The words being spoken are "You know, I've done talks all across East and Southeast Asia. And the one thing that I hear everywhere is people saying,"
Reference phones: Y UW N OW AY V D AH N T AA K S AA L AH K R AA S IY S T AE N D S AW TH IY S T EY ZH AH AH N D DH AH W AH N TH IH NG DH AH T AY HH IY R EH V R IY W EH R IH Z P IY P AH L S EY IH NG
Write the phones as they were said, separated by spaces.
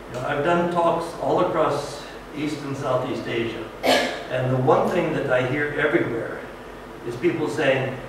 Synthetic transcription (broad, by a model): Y N OW AY V D AH N T AA K S AA L AH K R AA S IY S T N S AW TH IY S T EY ZH AH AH N DH AH W AH N TH IH NG DH AH T AY HH IY R EH V R IY W EH R IH Z P IY P L S EY IH NG